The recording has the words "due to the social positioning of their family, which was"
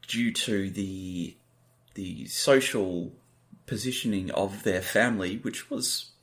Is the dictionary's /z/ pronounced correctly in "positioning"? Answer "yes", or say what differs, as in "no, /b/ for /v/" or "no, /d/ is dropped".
yes